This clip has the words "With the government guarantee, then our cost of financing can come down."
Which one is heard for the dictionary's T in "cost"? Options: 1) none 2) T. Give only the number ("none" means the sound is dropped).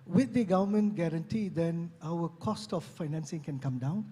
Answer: 2